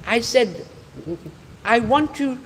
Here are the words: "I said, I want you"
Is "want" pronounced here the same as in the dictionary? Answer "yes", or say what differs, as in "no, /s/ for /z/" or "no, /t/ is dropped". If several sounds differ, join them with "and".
yes